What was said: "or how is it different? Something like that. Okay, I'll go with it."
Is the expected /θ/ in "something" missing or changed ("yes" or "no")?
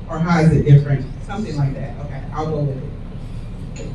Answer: no